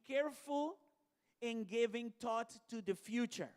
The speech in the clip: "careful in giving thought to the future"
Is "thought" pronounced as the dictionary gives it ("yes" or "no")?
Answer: no